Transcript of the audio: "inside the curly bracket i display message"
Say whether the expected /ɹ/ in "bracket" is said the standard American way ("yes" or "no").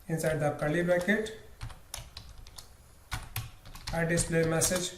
no